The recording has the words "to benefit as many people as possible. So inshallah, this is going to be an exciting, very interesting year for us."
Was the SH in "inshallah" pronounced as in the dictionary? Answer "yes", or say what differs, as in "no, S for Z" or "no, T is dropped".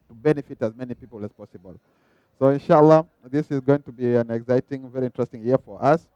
yes